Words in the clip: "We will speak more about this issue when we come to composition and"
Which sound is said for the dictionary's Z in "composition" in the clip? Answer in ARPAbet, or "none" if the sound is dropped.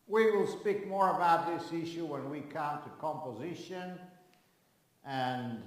Z